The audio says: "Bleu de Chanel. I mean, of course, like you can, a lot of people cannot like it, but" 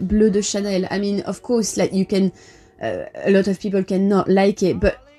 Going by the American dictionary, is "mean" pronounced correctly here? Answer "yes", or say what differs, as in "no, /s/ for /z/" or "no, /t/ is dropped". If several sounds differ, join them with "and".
yes